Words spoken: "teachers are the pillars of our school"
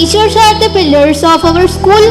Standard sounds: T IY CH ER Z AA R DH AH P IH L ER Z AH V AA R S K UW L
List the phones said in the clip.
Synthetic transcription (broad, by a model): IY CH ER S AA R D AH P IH L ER S AH V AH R S K UW L